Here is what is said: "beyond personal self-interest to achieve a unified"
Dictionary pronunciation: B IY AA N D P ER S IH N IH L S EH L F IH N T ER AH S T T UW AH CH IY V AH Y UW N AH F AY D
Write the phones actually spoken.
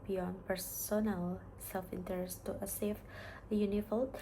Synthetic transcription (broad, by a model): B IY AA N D P ER S IH N IH L S EH L F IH N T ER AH S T T UW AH S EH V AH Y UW N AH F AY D